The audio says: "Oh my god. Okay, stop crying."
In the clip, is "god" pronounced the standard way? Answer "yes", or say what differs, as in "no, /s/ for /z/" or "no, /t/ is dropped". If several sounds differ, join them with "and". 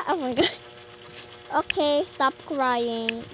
no, /d/ is dropped